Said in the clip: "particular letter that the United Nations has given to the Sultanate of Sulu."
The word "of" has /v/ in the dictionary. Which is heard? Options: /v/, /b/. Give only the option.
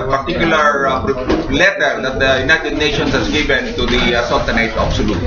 /b/